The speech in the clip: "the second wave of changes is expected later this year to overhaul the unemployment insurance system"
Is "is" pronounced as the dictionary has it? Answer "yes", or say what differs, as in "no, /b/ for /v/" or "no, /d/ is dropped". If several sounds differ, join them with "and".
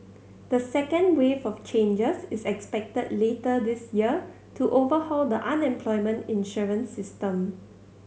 no, /s/ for /z/